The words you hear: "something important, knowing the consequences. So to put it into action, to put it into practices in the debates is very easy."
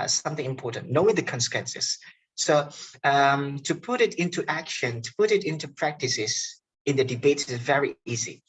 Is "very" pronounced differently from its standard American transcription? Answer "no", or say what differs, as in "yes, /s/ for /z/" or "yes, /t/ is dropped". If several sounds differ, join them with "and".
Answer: no